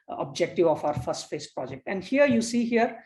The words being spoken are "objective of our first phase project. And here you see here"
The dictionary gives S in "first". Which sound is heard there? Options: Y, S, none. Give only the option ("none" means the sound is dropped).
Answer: S